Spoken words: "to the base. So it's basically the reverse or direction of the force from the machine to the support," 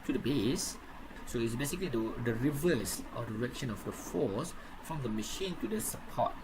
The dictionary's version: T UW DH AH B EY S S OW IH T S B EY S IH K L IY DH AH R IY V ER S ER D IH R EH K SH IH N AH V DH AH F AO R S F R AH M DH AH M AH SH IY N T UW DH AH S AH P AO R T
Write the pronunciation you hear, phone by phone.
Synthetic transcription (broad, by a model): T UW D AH B EY S S OW IH T S B EY S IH K L IY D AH R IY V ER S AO D IH R EH K SH IH N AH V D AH F AO S F R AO M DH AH M AH SH IY N T UW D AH S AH P AO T